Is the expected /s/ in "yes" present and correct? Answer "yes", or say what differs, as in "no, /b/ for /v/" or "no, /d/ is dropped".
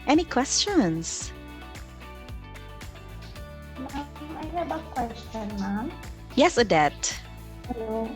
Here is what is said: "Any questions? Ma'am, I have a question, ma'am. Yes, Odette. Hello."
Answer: yes